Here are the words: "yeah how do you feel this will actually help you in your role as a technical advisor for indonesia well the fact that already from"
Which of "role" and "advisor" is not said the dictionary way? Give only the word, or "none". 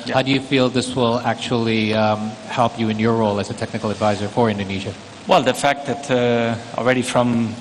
none